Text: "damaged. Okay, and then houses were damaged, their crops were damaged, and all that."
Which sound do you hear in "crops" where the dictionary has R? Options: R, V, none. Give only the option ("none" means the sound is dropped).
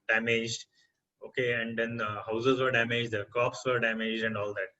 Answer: none